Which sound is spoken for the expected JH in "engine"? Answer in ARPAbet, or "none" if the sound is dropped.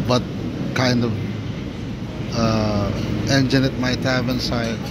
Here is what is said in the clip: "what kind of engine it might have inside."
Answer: JH